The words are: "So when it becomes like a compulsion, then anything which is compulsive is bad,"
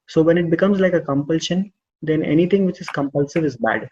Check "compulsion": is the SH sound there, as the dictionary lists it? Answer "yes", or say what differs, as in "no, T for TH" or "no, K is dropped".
yes